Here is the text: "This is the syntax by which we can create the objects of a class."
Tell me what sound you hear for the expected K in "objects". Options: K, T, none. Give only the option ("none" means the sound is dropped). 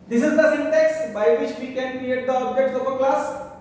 none